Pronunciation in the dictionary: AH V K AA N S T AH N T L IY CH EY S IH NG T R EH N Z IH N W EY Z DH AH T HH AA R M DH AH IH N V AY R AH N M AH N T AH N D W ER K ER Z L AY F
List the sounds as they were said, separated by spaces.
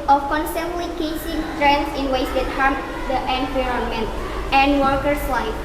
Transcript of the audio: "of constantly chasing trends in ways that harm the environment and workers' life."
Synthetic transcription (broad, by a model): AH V K AA N S T AH N T L IY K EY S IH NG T R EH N S IH N W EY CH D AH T HH AA R M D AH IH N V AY R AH N M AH N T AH N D W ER K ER S L AY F